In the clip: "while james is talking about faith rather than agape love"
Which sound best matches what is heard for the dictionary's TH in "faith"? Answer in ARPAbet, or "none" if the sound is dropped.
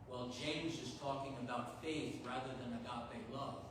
TH